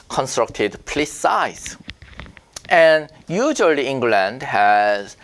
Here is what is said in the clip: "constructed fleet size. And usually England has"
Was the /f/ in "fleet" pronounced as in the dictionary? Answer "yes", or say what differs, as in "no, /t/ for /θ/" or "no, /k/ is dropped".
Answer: no, /p/ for /f/